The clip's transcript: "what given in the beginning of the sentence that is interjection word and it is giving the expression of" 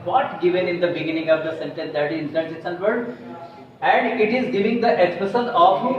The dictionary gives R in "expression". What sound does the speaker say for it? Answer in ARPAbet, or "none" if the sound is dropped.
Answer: none